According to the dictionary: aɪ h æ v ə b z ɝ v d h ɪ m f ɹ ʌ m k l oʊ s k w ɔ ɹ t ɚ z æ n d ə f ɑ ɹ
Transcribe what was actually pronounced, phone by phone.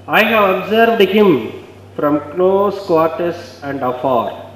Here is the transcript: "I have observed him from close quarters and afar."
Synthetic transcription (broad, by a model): aɪ h æ v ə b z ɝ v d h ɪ m f ɹ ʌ m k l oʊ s k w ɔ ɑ t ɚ s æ n d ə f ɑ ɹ